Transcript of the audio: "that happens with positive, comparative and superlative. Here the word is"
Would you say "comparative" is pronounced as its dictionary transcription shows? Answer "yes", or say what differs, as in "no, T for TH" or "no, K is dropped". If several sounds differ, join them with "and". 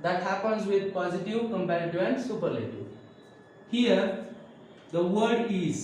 no, V is dropped